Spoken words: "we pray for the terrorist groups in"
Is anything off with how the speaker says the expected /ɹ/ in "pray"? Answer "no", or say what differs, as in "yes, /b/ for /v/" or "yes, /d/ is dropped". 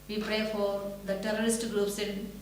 no